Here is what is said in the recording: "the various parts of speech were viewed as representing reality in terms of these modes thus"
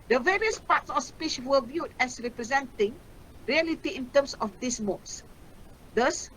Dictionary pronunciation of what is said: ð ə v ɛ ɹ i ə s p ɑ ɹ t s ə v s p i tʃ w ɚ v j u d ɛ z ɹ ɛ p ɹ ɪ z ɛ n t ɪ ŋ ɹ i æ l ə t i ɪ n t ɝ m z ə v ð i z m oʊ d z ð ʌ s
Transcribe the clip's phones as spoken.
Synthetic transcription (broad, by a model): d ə v ɛ ɹ i ə s p ɑ t s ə f s p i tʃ w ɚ v j u d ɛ s ɹ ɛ p ɹ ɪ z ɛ n t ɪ ŋ ɹ i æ l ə t i ɪ n t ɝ m s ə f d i s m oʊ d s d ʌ s